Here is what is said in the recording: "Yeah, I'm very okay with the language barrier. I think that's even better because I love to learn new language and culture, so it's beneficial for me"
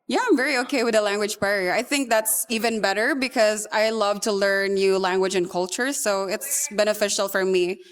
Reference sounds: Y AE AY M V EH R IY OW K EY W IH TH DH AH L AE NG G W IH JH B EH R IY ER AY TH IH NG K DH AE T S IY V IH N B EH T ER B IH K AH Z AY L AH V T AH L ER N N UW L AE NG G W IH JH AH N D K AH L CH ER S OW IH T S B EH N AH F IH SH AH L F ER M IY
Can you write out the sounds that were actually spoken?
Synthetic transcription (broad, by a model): Y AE AY M V EH R IY OW K EY W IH DH AH L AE NG G W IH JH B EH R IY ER AY TH IH NG K DH AE T S IY V IH N B EH T ER B IH K AH Z AY L AH V T AH L ER N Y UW L AE NG G W IH JH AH N K AH L CH ER S OW IH T S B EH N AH F IH SH L F ER M IY